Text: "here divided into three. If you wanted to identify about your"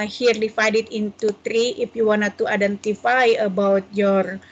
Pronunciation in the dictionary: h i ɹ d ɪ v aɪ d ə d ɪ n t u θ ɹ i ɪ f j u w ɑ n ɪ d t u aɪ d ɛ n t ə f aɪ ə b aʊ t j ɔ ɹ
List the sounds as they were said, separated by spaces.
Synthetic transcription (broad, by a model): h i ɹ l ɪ f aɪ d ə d ɪ n t u t ɹ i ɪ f j u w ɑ n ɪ t u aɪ d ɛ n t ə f aɪ ə b aʊ t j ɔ ɹ